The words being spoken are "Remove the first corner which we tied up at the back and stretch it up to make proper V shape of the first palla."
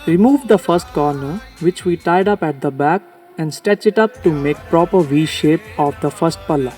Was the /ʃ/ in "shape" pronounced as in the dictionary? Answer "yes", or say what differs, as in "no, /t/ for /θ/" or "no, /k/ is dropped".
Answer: yes